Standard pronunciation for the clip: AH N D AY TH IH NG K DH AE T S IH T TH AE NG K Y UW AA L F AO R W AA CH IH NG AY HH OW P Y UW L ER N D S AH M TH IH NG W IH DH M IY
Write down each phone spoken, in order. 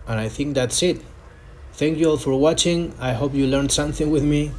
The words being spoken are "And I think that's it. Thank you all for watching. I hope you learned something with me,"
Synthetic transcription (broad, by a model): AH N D AY TH IH NG K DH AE T S IH T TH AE NG K Y UW AA L F AO R W AA CH IH NG AY HH OW P Y UW L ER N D S AH M TH IH NG W IH DH M IY